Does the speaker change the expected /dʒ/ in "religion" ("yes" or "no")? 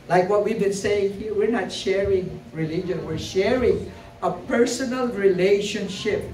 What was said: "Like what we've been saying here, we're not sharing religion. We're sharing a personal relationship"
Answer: no